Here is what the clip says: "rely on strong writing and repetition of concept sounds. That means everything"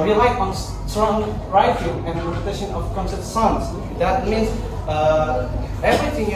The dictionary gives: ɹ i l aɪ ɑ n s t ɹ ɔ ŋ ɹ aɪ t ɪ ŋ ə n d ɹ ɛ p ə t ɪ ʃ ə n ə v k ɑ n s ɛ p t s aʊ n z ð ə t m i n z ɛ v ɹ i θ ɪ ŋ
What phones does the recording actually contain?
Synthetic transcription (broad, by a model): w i l aɪ ɑ n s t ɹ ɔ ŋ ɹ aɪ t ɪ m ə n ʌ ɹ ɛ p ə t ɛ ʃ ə n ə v k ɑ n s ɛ t s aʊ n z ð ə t m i n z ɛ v ɹ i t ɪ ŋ